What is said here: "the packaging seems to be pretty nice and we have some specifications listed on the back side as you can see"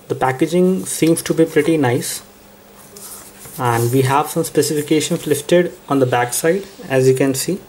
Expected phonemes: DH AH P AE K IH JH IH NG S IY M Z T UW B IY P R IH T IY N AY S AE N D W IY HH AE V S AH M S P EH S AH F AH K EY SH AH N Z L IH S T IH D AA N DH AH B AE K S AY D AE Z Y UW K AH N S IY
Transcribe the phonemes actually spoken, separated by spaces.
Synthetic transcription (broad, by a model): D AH P AE K IH JH IH NG S IY M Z T UW B IY P R IH T IY N AY S AE N D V IY HH AE V S AH M S P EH S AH F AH K EY SH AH N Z L IH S T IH D AA N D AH B AE K S AY D AE Z Y UW K AH N S IY